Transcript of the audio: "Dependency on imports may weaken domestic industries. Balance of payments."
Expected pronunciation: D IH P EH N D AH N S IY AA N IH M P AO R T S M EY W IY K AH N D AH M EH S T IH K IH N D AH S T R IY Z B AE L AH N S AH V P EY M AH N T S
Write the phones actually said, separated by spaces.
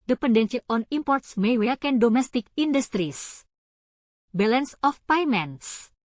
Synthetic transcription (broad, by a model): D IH P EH N D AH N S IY AA N IH M P AO R T S M EY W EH K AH N D AH M EH S T IH K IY N D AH S T R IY S B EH L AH N S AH F P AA M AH N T S